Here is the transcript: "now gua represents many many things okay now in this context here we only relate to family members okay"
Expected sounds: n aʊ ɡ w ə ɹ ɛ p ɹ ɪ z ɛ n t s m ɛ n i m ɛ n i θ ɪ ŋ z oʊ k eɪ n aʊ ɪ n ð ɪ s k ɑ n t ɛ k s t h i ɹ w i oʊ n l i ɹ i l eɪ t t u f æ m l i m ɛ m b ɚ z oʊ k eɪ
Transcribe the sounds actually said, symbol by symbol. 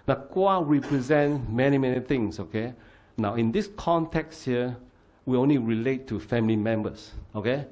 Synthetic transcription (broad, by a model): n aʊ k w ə ɹ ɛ p ɹ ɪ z ɛ n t m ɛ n i m ɛ n i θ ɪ ŋ s oʊ k eɪ n aʊ ɪ n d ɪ s k ɑ n t ɛ k s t h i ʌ w i oʊ n l i ɹ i l eɪ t t u f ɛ m l i m ɛ m b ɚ s oʊ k eɪ